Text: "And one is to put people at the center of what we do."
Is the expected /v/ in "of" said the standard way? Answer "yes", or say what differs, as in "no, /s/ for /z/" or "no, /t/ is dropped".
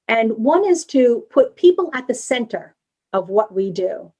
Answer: yes